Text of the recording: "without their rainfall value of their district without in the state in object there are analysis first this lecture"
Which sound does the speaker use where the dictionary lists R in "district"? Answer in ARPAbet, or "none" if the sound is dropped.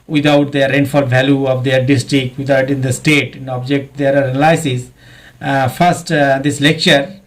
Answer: R